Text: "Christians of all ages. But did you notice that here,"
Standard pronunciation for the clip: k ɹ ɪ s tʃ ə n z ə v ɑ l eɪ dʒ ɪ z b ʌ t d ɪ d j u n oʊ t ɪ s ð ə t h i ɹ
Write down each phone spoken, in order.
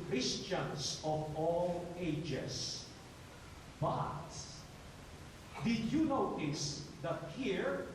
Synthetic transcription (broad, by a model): k ɹ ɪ s tʃ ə n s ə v ɑ l eɪ dʒ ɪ s b ʌ t d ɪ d j u n oʊ t ɪ s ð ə t h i ɹ